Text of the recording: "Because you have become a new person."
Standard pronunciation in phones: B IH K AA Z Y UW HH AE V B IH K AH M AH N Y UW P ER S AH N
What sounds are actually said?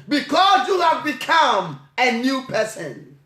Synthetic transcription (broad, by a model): B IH K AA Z Y UW HH AE V B IH K AH M AH N Y UW P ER S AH N